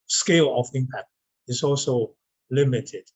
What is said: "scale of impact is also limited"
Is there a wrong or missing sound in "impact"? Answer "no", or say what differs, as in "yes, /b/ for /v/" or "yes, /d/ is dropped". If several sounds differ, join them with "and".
yes, /t/ is dropped